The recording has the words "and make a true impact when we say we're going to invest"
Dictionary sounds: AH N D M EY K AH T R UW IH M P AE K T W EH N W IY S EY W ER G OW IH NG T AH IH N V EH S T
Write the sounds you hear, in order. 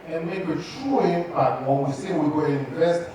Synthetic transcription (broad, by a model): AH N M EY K AH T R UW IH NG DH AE T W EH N W IY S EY W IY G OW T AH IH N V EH S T